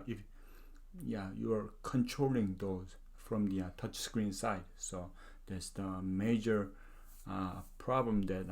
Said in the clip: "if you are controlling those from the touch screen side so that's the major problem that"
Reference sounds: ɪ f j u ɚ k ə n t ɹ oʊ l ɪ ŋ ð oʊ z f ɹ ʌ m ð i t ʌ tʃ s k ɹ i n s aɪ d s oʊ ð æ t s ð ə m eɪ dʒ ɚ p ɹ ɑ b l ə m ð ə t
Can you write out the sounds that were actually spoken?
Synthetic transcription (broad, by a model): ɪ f j u ɚ k ə n t ɹ oʊ l ɪ ŋ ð oʊ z f ɹ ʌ m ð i t ʌ tʃ s k ɹ i n s aɪ d s oʊ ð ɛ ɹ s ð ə m eɪ dʒ ɚ p ɹ ɑ b l ə m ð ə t